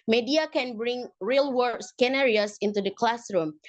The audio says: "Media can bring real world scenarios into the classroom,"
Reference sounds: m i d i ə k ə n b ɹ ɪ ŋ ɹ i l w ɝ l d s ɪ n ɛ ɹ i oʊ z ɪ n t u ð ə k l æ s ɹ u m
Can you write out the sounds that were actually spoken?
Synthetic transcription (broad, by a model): m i d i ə k ə n b ɹ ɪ ŋ ɹ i l w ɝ d s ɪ n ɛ ɹ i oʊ s ɪ n t u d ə k l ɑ s ɹ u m